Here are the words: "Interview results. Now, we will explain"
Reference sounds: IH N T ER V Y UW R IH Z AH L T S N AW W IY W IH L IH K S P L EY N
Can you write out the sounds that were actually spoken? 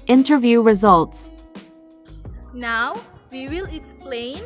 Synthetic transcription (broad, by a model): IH N T ER V Y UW R IH Z AH L T S N AW W IY W IH L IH K S P L EY N